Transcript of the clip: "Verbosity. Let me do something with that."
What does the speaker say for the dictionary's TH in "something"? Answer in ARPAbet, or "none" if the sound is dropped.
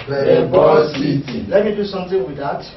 T